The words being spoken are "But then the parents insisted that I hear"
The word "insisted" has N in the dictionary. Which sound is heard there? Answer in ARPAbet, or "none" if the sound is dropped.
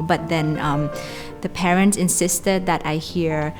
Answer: N